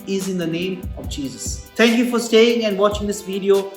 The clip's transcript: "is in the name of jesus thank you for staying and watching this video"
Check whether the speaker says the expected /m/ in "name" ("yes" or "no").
yes